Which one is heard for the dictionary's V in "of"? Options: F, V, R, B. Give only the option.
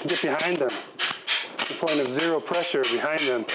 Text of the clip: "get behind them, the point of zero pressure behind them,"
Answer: V